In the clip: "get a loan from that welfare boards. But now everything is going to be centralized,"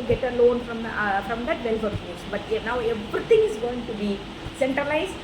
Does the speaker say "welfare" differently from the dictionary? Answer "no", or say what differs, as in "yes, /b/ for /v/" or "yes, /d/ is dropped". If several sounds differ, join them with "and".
yes, /l/ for /ɹ/